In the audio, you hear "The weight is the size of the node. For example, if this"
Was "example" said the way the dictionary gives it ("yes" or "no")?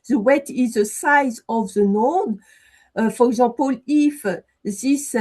no